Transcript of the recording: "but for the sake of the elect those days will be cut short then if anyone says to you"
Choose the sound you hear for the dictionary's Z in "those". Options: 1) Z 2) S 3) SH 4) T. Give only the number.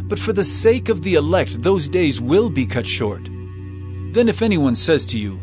1